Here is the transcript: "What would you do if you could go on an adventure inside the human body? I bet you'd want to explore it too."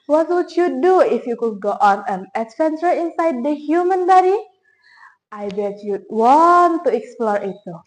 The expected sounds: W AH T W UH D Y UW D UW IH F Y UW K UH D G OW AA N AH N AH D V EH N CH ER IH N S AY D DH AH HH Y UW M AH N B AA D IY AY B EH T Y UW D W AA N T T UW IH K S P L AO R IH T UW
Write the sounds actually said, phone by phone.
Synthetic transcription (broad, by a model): W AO T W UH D Y UW D UW IH F Y UW K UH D G OW AA N AH N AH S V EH N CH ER IH N S AY D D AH HH Y UW M AH N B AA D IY AY B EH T Y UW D W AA N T T UW IH K S P L AO R IH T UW